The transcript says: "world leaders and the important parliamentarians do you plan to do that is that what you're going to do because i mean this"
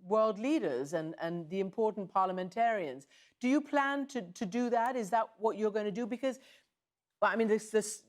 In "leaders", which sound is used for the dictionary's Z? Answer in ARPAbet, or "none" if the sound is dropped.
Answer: Z